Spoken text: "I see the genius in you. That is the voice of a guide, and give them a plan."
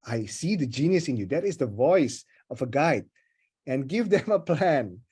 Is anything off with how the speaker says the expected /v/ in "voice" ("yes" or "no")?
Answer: no